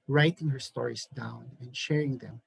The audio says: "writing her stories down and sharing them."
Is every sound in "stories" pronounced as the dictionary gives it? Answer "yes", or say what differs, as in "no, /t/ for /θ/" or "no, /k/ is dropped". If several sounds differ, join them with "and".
no, /s/ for /z/